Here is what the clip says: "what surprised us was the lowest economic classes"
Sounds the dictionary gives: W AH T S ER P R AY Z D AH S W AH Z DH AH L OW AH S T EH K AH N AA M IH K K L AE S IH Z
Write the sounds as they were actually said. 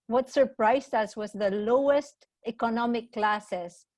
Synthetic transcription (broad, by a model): W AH T S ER P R AY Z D AH S W AH Z DH AH L OW AH S T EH K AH N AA M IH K K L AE S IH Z